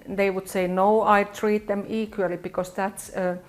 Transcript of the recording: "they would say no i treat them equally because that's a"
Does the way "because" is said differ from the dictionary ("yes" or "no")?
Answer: yes